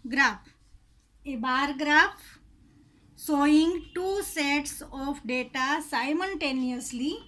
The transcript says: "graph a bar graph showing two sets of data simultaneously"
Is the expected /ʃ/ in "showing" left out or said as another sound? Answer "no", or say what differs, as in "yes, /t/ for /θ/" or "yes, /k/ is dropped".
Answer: yes, /s/ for /ʃ/